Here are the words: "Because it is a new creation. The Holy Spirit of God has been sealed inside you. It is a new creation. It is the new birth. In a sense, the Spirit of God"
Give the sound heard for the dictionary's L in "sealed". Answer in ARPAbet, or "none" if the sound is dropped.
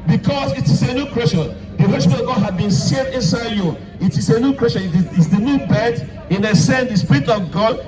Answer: none